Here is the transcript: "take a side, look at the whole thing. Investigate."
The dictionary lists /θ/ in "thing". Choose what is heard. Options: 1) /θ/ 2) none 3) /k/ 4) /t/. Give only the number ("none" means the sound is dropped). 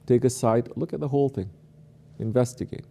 1